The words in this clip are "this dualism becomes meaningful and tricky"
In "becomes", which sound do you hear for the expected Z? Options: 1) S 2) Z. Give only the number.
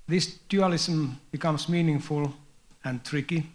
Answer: 1